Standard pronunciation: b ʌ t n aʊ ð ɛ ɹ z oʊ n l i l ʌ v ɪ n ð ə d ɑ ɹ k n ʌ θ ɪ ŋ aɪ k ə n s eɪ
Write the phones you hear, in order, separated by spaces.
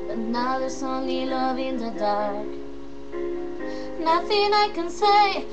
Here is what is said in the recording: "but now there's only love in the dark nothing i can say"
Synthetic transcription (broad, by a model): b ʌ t n aʊ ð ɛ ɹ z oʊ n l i l ʌ v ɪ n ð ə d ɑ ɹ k n ʌ θ ɪ ŋ aɪ k ə n s eɪ